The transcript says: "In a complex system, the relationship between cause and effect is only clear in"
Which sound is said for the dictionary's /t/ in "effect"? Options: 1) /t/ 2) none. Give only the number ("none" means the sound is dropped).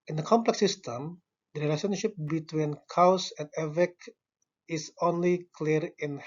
2